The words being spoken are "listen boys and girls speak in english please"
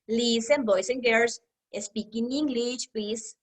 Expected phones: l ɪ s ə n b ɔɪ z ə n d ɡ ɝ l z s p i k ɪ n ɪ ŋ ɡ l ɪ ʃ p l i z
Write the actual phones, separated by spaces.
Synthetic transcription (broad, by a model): l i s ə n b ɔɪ s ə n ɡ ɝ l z s p i k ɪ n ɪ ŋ ɡ l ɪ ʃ p l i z